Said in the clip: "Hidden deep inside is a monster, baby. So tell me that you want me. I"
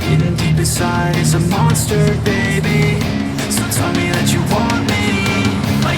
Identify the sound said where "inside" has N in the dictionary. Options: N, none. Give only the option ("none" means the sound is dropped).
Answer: none